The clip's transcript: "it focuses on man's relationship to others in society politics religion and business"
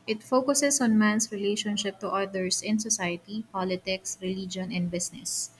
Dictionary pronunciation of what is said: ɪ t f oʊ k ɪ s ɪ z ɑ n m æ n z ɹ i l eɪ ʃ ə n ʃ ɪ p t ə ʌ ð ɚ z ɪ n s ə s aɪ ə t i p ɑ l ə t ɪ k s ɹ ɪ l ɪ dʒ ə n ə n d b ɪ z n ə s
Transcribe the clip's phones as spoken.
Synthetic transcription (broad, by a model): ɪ t f oʊ k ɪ s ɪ s ɑ n m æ n s ɹ i l eɪ ʃ ə n ʃ ɪ p t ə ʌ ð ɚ s ɪ n s ə s aɪ ə t i p ɑ l ə t ɪ k s ɹ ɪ l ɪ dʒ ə n ə n d b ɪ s n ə s